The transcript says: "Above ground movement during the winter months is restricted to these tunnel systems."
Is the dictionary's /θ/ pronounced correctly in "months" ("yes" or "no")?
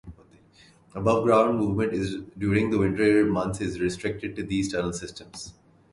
no